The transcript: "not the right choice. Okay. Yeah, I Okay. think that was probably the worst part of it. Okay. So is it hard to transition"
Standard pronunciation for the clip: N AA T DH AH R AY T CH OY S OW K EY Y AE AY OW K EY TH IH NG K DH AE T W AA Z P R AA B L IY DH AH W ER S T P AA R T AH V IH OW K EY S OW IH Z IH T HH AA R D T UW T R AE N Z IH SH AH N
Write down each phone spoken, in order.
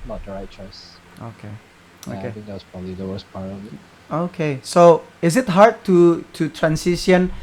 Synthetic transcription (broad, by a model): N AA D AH R AY CH OY S OW K EY OW K EY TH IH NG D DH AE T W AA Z P R AA B L IY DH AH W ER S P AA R AH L IH OW K EY S OW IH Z IH T HH AA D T T UW T R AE N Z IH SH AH N